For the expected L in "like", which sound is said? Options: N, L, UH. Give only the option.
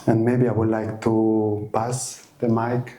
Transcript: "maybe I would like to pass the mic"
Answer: L